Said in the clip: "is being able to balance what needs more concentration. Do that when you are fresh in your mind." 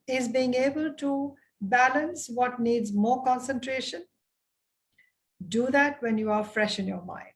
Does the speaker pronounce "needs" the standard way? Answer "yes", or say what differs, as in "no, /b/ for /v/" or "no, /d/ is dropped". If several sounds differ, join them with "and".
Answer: yes